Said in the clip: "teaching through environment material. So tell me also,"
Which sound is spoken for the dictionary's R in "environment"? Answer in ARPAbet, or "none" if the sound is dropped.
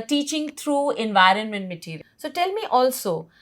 R